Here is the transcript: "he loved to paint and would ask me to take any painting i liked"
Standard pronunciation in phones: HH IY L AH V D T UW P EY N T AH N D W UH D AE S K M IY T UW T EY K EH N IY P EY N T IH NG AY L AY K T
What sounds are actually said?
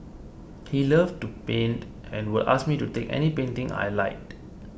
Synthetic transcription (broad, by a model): HH IY L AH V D T UW P EY N T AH N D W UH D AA S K M IY T UW T EY K EH N IY P EY N T IH NG AY L AY T